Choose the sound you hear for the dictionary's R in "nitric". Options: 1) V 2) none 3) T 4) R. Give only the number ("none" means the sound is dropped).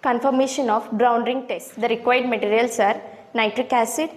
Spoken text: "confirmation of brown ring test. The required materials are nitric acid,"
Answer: 4